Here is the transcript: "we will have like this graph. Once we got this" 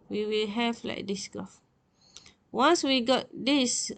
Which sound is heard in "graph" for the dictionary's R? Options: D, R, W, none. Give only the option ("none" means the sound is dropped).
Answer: none